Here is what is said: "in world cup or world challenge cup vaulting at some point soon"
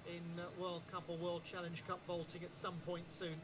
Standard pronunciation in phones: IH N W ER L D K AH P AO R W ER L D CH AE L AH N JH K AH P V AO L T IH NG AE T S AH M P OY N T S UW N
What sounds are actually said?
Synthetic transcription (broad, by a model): IH N W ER L D K AH P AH L W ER L D CH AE L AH N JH K AH P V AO L T IH NG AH T S AH M P OY N T S UW N